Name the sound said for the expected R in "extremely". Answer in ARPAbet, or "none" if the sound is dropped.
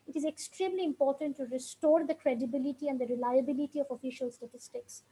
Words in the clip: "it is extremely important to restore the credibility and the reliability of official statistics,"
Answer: R